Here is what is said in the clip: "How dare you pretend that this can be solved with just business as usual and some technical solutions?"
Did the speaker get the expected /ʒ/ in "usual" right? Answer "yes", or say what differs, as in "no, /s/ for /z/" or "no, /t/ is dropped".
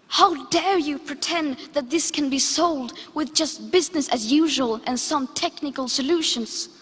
yes